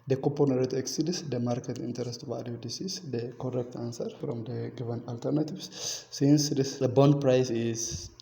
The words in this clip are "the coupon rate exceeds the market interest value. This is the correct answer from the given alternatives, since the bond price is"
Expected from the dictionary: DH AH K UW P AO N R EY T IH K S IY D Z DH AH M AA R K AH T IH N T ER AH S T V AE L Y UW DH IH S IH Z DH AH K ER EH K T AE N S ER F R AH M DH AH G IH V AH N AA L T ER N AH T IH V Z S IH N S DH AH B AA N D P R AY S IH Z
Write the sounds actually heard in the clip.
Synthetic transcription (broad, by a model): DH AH K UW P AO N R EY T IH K S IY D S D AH M AA R K AH T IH N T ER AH S T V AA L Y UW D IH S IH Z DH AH K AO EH K T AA N S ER F R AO M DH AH G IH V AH N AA L T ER N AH T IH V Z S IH N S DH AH B AA N D P R AY S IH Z